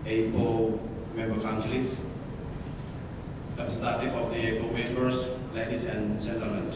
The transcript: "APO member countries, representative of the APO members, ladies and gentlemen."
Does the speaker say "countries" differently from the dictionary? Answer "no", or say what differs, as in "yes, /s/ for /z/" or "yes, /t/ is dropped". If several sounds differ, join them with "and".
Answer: yes, /l/ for /ɹ/